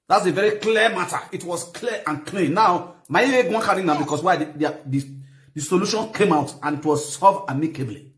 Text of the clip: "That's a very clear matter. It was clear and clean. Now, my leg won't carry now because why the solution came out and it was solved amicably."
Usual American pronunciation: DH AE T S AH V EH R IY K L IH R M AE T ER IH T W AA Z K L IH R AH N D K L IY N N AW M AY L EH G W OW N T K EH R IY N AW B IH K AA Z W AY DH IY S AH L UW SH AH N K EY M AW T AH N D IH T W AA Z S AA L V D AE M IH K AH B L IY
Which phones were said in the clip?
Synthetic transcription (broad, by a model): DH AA T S AH V EH R IY K L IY M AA T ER IH T W AA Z K L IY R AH N K L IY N N AW M AY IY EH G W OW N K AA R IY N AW B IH K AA S W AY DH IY S AH L UW SH AH N K EY M AW T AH N IH T W AA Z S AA V AA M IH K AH B L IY